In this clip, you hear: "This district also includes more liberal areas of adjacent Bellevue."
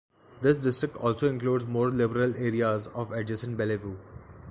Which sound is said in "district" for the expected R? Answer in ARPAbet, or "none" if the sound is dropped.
R